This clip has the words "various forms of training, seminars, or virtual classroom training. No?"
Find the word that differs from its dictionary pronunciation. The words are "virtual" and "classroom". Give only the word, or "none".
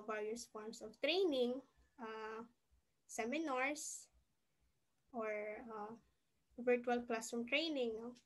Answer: classroom